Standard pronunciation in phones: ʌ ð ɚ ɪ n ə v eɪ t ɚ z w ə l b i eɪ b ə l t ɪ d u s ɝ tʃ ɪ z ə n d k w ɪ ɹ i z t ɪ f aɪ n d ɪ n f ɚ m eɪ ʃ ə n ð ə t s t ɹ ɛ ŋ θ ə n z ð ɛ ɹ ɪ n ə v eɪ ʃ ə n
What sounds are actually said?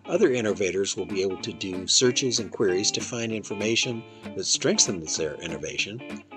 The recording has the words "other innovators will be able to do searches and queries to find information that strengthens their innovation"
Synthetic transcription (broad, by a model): ʌ ð ɚ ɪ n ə v eɪ t ɚ z w ə l b i eɪ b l t ɪ d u s ɝ tʃ ɪ z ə n k w ɪ ɹ i z t ɪ f aɪ n d ɪ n f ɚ m eɪ ʃ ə n ð ə t s t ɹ ɛ ŋ θ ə n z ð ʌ ɹ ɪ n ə v eɪ ʃ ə n